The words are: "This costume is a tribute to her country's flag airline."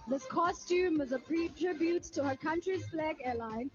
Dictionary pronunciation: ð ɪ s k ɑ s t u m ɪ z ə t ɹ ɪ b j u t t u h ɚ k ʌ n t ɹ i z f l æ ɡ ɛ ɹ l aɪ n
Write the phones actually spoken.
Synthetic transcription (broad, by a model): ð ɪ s k ɑ s t u m ɪ z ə t ɹ ɪ b j u t t u h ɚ k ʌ n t ɹ i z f l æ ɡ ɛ l aɪ n